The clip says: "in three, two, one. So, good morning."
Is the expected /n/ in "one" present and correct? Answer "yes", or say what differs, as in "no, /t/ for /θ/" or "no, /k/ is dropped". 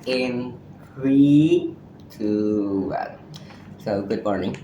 no, /l/ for /n/